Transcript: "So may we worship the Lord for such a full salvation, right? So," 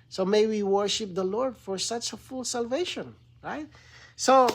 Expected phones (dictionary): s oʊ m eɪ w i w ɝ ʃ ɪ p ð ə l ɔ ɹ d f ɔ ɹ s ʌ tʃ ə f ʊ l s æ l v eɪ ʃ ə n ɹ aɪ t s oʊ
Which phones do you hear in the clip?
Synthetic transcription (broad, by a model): s oʊ m eɪ w i w ɝ ʃ ɪ p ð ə l ɔ ɹ d f ɔ ɹ s ʌ tʃ ə f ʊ l s æ l v eɪ ʃ ə n ɹ aɪ t s oʊ